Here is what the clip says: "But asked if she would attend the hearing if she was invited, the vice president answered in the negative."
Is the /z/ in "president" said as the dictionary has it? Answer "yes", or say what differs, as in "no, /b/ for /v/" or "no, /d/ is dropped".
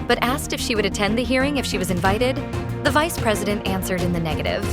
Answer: yes